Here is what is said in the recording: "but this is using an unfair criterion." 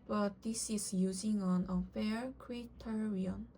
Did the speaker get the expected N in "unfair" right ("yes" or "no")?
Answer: no